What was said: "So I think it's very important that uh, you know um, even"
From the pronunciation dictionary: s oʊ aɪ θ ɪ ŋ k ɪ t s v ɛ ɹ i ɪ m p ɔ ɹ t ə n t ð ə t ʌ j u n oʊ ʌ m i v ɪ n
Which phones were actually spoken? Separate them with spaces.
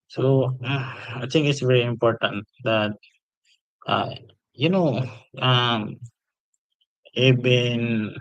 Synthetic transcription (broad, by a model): s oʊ aɪ t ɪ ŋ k ɪ t s v ɛ ɹ i ɪ m p ɔ ɹ t ə n t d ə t ʌ j u n oʊ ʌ m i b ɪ n